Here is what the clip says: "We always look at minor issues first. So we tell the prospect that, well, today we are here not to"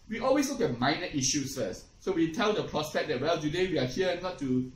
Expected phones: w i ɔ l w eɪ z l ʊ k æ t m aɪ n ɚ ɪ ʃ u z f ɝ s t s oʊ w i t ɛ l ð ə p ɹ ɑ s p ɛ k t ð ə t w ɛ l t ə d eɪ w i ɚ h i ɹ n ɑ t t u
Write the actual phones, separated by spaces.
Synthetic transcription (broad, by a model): w i ɔ l w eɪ s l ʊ k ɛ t m aɪ n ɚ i ʃ u s f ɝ s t s oʊ w i t ɛ l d ə p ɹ ɑ s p ɛ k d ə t w ɛ l t ə d eɪ w i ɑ h i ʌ n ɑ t t u